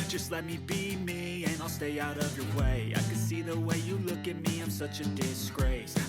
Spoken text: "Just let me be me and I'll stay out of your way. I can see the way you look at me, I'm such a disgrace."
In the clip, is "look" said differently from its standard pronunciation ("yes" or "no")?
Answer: no